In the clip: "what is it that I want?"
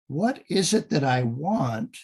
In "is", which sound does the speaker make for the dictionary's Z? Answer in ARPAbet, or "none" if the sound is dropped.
Z